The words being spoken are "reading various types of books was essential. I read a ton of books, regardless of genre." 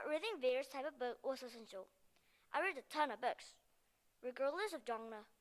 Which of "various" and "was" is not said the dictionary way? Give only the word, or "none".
was